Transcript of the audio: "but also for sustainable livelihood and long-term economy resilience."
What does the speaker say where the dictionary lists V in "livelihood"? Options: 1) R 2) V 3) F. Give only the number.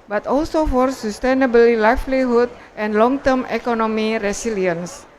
3